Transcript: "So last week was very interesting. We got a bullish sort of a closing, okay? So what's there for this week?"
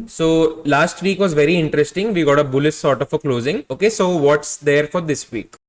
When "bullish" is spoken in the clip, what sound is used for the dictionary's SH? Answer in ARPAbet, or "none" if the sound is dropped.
S